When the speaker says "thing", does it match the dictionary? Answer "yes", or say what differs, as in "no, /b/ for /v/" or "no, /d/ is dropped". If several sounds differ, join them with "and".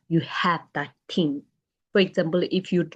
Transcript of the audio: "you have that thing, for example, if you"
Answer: no, /t/ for /θ/